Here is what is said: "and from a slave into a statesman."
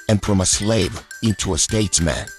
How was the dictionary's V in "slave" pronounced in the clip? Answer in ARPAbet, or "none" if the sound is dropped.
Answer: V